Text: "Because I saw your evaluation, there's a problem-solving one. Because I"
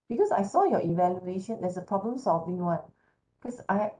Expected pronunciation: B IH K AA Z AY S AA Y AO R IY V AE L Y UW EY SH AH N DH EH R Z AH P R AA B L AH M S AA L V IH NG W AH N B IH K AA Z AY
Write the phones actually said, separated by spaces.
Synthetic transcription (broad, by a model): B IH K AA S AY S AA Y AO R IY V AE L Y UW EY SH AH N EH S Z AH P R AA B L AH M S AA L V IH NG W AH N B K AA S AY